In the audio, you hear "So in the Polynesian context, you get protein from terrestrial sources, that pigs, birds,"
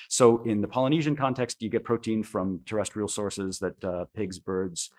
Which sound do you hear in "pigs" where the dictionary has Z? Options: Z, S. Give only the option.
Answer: Z